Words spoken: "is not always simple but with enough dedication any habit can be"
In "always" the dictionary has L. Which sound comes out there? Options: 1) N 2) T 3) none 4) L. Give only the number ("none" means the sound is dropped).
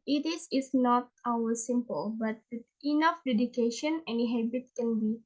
3